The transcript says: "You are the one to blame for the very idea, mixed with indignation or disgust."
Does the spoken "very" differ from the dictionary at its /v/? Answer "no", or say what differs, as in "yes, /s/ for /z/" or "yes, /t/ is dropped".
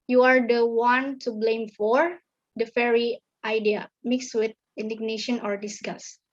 yes, /f/ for /v/